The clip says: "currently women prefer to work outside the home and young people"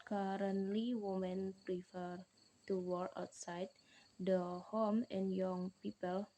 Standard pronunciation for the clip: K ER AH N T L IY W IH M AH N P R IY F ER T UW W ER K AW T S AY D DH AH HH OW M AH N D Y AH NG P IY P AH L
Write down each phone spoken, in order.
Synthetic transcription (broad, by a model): K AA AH N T L IY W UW M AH N P R IY F ER T UW W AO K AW T S AY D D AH HH OW M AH N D Y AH NG P IY P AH L